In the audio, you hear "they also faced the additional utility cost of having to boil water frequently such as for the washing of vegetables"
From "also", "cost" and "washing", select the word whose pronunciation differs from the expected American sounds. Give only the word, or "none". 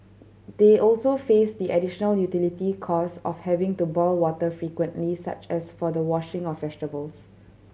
cost